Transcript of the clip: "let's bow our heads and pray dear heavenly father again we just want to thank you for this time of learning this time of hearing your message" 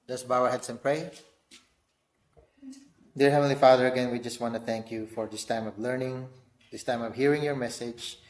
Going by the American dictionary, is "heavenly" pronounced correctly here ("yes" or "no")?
no